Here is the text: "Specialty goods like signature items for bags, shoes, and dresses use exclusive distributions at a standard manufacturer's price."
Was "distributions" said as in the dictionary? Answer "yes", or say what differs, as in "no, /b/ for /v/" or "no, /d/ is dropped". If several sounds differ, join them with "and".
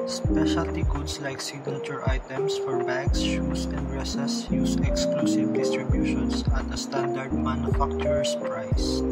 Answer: no, /s/ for /z/